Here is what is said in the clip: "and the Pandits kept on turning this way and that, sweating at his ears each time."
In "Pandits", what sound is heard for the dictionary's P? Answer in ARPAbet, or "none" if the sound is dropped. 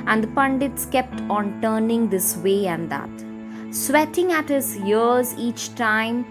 P